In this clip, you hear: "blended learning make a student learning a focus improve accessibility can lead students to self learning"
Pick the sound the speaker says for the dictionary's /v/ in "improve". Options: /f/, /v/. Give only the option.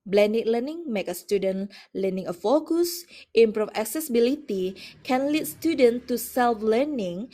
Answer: /f/